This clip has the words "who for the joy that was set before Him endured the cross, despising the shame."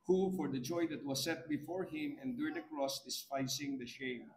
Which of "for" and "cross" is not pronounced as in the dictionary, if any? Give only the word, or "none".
none